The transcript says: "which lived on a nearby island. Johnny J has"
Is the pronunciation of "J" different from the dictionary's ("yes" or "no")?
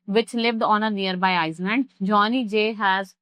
no